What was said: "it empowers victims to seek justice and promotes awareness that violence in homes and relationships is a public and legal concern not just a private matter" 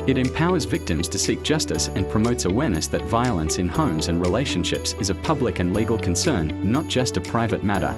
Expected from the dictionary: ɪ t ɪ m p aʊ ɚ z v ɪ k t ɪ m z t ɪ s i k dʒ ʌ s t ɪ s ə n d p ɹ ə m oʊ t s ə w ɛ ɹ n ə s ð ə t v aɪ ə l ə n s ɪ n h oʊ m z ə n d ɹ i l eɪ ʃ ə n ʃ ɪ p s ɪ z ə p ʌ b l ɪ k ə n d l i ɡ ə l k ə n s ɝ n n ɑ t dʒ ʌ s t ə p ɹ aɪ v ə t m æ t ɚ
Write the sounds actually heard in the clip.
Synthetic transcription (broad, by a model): ɪ t ɪ m p aʊ ɚ z v ɪ k t ɪ m z t ɪ s i k dʒ ʌ s t ɪ s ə n p ɹ ə m oʊ t s ə w ɛ ɹ n ə s ð ə t v aɪ ə l ə n s ɪ n h oʊ m z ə n ɹ i l eɪ ʃ ə n ʃ ɪ p s ɪ z ə p ʌ b l ɪ k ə n l i ɡ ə l k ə n s ɝ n n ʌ t dʒ ʌ s t ə p ɹ aɪ v ə t m æ t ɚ